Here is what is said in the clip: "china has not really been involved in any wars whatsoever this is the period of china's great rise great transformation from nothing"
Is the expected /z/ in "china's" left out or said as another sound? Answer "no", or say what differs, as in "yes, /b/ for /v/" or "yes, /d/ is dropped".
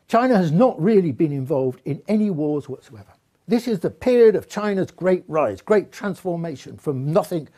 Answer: no